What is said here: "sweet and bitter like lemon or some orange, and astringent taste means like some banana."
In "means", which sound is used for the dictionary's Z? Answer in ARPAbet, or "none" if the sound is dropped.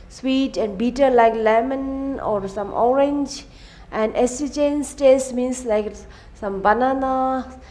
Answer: S